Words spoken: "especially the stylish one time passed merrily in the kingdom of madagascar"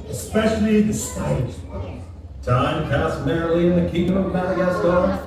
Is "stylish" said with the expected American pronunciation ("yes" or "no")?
no